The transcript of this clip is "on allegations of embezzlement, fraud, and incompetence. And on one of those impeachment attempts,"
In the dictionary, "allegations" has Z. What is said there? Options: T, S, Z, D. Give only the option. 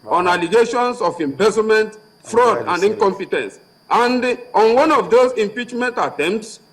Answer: S